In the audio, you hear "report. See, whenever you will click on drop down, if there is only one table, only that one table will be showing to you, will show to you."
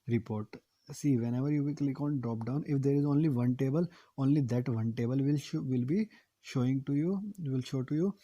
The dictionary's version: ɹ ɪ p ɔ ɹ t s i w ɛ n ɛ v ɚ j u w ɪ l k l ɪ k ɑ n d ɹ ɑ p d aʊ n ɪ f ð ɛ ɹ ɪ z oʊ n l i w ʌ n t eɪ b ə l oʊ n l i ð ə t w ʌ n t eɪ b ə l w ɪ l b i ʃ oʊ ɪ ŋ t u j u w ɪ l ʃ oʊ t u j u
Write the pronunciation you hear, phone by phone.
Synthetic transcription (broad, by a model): ɹ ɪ p ɔ ɹ t s i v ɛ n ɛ v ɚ j u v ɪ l k l ɪ k ɑ n d ɹ ɑ p d aʊ n ɪ f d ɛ ɹ ɪ z oʊ n l i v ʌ n t eɪ b ə l oʊ n l i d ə t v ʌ n t eɪ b ə l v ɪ l b i ʃ oʊ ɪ ŋ t u j u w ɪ l ʃ oʊ t u j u